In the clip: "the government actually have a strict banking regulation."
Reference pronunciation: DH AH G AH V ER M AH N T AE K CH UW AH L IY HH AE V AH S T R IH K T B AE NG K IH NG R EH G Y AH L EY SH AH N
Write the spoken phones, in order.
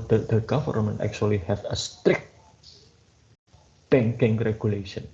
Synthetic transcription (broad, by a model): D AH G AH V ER M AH N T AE K CH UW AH L IY HH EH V AH S T R IH K T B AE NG K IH NG R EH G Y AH L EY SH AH N